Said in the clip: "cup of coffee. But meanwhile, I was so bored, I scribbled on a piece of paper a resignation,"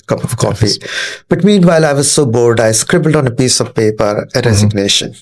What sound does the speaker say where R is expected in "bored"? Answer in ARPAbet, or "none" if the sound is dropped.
L